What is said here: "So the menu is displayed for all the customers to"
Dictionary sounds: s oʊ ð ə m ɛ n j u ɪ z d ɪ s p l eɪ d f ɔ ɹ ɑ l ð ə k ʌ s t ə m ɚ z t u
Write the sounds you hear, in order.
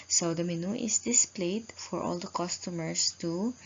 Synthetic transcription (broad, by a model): s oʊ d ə m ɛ n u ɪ s d ɪ s p l eɪ d f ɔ ɹ ɑ l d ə k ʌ s t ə m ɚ s t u